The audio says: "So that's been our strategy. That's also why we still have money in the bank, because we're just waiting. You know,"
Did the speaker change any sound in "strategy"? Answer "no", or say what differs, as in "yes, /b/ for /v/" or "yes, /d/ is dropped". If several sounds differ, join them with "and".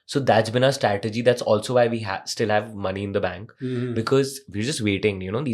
no